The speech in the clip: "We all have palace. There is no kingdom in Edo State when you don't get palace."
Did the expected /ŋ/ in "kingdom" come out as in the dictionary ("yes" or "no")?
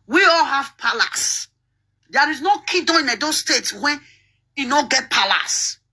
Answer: no